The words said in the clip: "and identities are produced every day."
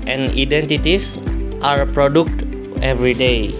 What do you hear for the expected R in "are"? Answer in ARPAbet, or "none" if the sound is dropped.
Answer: R